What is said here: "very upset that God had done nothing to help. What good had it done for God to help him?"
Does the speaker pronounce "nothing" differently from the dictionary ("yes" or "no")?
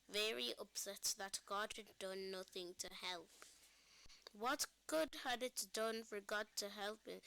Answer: no